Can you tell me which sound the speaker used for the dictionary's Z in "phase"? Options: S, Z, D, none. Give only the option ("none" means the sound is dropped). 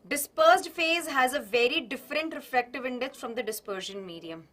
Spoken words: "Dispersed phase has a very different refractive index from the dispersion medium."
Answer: Z